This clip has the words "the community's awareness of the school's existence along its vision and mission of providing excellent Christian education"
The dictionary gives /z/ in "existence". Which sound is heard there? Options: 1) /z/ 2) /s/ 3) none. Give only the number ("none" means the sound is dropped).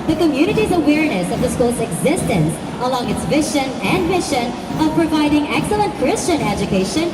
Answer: 1